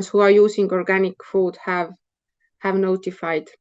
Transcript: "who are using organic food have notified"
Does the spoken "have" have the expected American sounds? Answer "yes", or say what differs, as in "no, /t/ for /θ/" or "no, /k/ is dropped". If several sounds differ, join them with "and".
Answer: yes